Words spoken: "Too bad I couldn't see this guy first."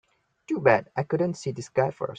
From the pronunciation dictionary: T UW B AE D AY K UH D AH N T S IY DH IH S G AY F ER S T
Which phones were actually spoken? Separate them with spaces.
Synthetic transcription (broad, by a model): T UW B AE D AY K UH D AH N T S IY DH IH S G AY F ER S